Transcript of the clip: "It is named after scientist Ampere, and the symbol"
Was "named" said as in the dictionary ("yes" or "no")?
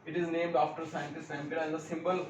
yes